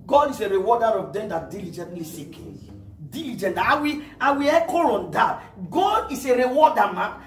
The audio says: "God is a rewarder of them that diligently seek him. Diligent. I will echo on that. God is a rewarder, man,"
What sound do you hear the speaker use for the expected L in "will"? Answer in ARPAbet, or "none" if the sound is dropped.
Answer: W